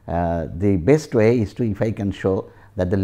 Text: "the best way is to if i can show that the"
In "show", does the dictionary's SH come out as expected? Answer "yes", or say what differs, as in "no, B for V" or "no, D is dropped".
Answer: yes